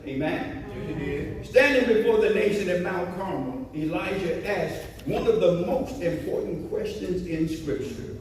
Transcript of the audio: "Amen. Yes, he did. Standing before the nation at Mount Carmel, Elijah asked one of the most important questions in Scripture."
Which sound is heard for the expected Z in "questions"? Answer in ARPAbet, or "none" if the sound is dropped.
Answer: Z